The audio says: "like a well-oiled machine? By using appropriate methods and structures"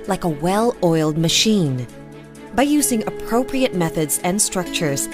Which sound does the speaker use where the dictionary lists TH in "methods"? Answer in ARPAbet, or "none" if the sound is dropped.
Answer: TH